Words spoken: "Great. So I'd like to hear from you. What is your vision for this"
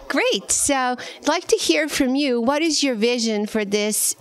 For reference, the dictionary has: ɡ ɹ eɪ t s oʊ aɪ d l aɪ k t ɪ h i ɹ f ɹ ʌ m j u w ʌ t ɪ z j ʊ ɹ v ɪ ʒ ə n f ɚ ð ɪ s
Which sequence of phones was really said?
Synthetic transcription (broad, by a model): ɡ ɹ eɪ t s oʊ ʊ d l aɪ k t ɪ h i ɹ f ɹ ʌ m j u w ʌ t ɪ z j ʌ ɹ v ɪ ʒ ə n f ɚ ð ɪ s